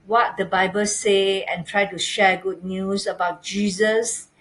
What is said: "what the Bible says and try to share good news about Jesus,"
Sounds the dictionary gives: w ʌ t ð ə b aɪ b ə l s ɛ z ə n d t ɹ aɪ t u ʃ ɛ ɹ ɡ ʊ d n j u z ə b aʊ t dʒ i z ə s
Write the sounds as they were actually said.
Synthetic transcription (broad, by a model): w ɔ t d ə b aɪ b ə l s ɛ ə n t ɹ aɪ t u ʃ ɛ ɡ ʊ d n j u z ə b aʊ t dʒ i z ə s